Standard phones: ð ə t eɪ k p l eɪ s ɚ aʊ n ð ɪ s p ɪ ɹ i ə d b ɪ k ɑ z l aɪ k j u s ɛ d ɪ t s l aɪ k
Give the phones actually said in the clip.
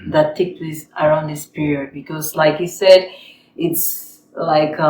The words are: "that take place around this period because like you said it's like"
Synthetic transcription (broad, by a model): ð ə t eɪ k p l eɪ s ɚ aʊ n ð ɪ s p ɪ ɹ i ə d b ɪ k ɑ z l aɪ k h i s ɛ d ɪ t s l aɪ k